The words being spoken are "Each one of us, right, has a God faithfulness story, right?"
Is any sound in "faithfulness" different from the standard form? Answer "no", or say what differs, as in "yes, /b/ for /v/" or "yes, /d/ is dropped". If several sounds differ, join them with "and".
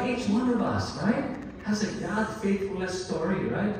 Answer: yes, /n/ is dropped